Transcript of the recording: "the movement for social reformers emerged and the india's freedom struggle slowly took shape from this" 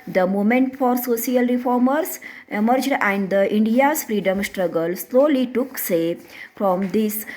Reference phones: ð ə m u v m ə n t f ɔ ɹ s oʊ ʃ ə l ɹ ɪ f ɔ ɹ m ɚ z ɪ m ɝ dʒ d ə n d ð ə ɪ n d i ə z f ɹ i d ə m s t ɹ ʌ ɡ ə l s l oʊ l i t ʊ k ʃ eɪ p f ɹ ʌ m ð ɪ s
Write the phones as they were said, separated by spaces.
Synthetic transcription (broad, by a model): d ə m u m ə n t f ɔ ɹ s oʊ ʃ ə l ɹ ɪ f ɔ ɹ m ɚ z ɪ m ɝ dʒ d ə n d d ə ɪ n d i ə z f ɹ i d ə m s t ɹ ʌ ɡ ə l s l oʊ l i t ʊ k s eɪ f ɹ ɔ m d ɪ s